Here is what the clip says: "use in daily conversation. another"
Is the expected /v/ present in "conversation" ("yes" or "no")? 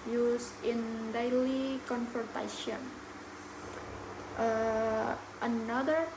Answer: no